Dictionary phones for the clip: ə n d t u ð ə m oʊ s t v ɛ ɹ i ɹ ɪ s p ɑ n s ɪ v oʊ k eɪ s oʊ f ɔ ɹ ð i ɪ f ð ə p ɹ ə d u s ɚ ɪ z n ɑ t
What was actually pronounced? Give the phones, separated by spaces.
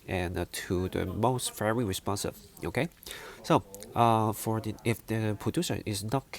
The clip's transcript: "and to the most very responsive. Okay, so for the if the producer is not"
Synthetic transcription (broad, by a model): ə n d t u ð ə m oʊ s t f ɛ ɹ i ɹ ɪ s p ɑ n s ɪ v oʊ k eɪ s oʊ f ɔ ɹ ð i ɪ f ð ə p ɹ ə d u s ɚ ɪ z n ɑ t